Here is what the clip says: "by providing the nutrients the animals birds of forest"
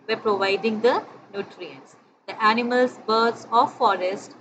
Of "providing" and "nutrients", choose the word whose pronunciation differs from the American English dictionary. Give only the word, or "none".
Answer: none